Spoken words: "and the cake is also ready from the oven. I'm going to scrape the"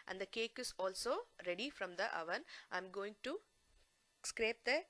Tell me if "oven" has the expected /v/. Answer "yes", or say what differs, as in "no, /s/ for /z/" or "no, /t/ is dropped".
yes